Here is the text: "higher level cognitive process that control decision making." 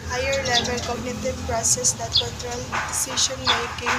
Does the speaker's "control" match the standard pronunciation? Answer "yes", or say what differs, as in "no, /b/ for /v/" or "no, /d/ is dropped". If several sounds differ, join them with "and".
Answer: no, /n/ is dropped